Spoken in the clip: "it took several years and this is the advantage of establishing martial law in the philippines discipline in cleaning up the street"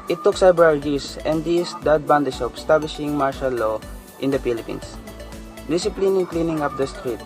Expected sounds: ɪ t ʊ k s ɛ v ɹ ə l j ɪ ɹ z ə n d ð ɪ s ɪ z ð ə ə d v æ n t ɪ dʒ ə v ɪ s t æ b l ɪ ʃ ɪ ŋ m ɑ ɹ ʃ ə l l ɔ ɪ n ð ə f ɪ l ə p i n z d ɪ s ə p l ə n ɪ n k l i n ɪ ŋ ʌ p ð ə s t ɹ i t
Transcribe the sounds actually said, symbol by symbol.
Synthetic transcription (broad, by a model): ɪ t ʊ k s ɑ b ɹ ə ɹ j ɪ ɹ s ə n d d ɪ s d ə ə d b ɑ n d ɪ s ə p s t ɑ b l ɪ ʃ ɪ ŋ m ɑ ɹ ʃ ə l l ɔ ɪ n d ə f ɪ l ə p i n s d ɪ s ə p l ə n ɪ k l i n ɪ ŋ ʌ p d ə s t ɹ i t